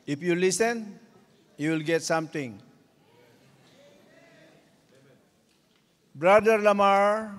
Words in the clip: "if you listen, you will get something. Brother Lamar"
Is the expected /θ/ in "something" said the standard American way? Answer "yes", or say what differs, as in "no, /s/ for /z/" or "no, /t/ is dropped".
no, /t/ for /θ/